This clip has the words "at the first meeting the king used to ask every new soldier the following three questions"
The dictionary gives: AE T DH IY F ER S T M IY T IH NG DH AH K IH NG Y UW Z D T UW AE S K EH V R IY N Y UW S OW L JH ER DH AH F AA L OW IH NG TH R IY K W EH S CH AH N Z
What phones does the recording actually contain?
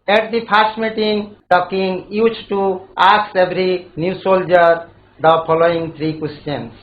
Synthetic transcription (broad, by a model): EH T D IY P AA S T M IY T IH NG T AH K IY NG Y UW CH T UW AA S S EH B R IY N Y UW S OW L JH ER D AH P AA L OW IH NG T R IY K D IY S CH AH N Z